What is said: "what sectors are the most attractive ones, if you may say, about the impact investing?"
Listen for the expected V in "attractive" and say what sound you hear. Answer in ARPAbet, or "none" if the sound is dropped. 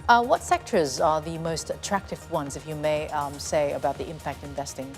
V